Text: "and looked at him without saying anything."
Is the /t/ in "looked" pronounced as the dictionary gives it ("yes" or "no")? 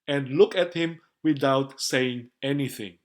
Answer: no